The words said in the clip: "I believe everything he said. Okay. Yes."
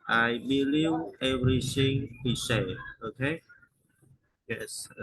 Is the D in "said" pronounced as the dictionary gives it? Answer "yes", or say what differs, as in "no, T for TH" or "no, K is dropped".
no, D is dropped